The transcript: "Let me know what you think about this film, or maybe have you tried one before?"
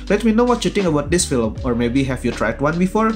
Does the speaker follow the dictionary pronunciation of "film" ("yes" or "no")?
yes